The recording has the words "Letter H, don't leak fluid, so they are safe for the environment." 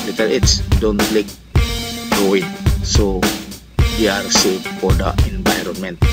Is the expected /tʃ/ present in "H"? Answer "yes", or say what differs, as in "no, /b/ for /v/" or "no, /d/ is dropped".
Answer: no, /s/ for /tʃ/